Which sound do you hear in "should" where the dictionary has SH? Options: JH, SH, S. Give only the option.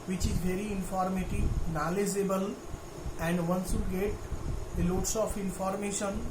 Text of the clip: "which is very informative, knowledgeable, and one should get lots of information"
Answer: S